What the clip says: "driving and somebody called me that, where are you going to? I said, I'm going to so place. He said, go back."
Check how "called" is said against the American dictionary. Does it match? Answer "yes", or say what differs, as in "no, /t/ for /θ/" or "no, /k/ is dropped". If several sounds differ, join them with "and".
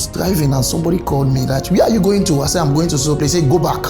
yes